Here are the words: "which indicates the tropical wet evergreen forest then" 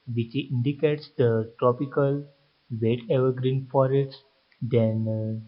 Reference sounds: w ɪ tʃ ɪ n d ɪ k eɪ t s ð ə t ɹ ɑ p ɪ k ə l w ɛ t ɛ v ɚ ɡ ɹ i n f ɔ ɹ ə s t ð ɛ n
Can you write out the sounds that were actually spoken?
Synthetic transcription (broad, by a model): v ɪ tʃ ɪ n d ɪ k eɪ t s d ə t ɹ ɑ p ɪ k ə l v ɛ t ɛ v ɚ ɡ ɹ i n f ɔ ɹ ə t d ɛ n